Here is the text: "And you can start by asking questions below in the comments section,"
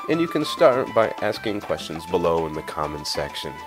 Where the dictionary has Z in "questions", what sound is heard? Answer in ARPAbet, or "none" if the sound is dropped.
Z